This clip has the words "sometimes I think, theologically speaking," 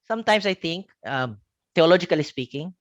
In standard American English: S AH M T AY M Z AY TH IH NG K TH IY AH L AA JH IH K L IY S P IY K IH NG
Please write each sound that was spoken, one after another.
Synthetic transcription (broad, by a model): S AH M T AY M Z AY T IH NG K T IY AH L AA JH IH K L IY S P IY K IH NG